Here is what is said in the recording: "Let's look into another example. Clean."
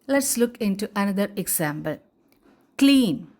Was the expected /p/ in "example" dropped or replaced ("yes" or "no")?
yes